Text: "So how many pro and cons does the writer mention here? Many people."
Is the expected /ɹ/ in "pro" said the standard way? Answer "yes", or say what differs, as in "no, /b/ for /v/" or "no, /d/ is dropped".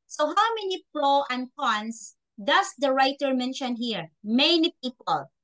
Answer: no, /l/ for /ɹ/